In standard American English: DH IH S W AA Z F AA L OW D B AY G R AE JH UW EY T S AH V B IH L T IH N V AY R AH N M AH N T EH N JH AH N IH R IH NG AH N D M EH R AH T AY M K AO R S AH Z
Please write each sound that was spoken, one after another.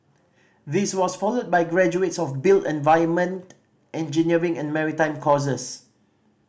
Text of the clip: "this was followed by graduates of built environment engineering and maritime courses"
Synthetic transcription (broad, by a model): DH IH S W AA S F AA L OW D B AY G R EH JH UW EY T S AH F B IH L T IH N V AY AH N M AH N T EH N JH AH N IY R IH NG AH N M EH R AH T AY M K AO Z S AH S